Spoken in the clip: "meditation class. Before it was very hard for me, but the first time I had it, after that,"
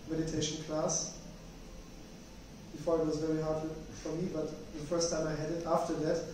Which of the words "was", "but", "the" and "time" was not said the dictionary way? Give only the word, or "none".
none